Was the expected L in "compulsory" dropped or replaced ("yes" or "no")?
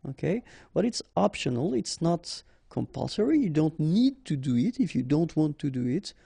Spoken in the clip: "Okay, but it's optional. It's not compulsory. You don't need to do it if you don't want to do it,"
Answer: no